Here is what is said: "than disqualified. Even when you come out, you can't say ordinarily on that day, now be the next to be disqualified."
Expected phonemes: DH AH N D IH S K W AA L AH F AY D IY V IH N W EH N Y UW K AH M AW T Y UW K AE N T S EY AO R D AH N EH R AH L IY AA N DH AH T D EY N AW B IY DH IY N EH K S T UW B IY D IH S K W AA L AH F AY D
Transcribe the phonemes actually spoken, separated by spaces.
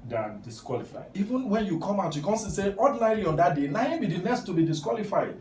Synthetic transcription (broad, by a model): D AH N D IH S K W AA L AH F AY D IY V IH N W EH N Y UW K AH M AW T Y UW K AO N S S EY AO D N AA AH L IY AA N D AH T D EY N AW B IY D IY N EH S T UW B IY D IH S K W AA L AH F AY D